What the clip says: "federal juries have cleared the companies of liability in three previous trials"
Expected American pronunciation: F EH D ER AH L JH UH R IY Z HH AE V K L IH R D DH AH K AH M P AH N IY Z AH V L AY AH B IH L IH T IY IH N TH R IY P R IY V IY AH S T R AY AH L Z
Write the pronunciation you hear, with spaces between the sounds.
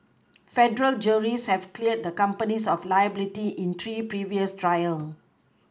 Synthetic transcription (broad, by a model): F EH D ER AH L JH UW R IY S HH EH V K L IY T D AH K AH M P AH N IY S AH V L AY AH B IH L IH T IY IH N T R IY P R IY V IY AH S T R AY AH L